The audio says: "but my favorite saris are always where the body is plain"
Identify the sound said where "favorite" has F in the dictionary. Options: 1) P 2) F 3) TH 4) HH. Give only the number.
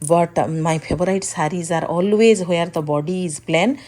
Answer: 1